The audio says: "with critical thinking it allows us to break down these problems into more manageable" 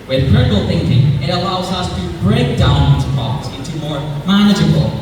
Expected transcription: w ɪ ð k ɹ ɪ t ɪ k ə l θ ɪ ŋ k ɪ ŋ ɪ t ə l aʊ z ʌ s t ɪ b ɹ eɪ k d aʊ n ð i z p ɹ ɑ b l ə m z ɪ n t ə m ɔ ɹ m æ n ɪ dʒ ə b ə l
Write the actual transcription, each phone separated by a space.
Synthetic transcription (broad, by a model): w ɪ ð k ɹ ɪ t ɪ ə l θ ɪ ŋ k ɪ ŋ ɪ t ə l aʊ z ʌ s t ɪ b ɹ eɪ k d aʊ n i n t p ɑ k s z ɪ n t ə m ɔ ɹ m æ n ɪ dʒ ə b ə l